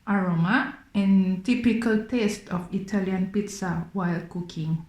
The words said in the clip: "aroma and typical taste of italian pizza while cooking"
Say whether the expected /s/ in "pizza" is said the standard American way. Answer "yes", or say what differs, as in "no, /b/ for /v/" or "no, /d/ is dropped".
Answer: yes